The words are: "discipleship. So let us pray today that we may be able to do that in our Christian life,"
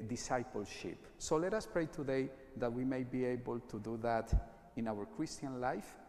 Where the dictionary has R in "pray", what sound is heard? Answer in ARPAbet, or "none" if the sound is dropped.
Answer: R